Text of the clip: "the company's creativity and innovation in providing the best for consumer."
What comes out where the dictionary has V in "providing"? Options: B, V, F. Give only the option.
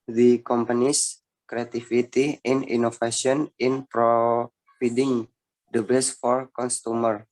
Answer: F